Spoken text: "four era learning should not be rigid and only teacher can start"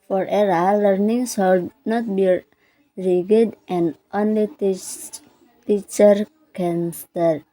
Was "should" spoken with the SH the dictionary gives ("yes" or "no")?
no